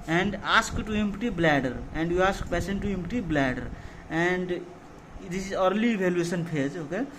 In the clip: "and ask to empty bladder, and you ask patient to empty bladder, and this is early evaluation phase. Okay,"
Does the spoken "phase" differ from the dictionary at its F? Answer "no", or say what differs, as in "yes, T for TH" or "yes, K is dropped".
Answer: yes, P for F